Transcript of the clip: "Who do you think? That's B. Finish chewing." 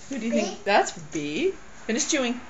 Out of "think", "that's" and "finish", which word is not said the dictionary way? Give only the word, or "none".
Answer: finish